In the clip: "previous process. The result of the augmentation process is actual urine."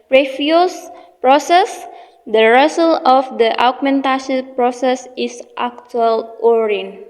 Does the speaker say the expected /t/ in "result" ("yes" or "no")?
no